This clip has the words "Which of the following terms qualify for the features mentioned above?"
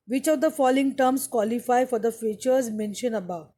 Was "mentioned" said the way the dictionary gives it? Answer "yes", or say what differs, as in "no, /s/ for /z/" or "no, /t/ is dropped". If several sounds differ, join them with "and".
no, /d/ is dropped